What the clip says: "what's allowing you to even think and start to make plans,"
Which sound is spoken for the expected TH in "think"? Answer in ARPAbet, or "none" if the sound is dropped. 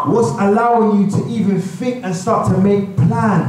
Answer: F